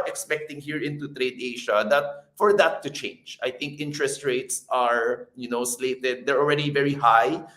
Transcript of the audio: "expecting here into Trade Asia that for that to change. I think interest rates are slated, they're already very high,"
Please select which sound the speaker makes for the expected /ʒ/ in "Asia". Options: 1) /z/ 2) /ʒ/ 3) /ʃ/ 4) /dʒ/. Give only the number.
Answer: 3